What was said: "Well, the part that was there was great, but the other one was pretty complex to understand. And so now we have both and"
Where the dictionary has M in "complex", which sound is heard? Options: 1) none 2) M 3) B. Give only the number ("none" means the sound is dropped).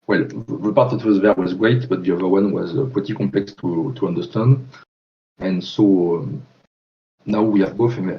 1